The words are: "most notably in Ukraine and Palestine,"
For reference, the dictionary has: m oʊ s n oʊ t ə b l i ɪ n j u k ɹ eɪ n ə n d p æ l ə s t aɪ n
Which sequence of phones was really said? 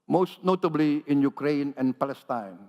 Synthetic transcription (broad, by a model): m oʊ s n oʊ t ə b l i ɪ n j u k ɹ eɪ n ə n p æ l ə s t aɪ n